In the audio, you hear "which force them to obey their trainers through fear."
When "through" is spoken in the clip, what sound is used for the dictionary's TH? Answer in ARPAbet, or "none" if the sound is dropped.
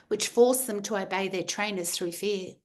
TH